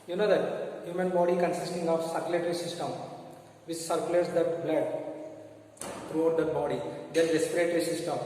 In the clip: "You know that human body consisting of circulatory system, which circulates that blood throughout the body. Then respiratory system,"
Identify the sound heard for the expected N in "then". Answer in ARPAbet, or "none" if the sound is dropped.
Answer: L